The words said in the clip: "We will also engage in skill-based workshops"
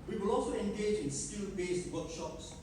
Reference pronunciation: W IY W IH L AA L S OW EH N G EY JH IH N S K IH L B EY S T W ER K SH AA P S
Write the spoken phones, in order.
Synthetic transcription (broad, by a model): W IY W IH L AA L S OW EH N G EY JH IH N S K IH N B EY S T W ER K SH AA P S